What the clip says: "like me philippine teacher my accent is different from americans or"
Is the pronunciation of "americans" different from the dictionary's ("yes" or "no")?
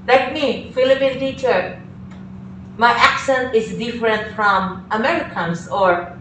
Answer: yes